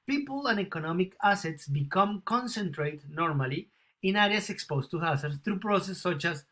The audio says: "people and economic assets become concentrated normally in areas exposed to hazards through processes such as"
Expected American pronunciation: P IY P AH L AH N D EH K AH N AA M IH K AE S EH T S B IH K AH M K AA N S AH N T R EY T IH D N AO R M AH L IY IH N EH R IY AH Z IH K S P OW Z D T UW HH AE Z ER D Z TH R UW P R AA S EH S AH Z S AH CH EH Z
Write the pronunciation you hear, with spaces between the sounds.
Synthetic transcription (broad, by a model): P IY P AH L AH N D EH K AH N AA M IH K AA S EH T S B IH K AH M K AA N S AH N T R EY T N AO R M AH L IY IH N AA R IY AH S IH K S P OW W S T UW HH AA S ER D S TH R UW P R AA S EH S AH CH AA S